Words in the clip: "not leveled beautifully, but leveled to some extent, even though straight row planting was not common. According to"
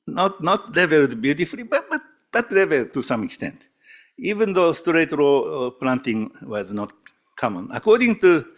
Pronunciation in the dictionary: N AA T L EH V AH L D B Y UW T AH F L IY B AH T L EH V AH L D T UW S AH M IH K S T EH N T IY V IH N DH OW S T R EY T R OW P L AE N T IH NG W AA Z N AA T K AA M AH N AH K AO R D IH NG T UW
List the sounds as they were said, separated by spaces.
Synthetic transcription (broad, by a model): N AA T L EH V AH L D B Y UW T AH F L IY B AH T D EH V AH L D T UW S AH M IH K S T EH N T IY V IH N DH OW S T R EY T R OW P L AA N T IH NG W AA Z N AA T K AA M AH N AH K AO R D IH NG T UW